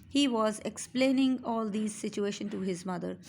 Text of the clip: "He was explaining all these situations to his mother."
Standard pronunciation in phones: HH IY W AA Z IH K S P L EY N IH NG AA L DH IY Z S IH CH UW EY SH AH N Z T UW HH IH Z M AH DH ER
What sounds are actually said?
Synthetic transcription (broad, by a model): HH IY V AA Z IH K S P L EY N IH NG AA L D IY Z S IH CH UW EY SH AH N T UW HH IH Z M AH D ER